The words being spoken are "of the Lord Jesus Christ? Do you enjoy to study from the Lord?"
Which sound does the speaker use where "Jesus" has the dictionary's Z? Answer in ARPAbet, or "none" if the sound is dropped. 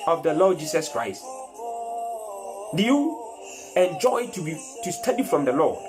S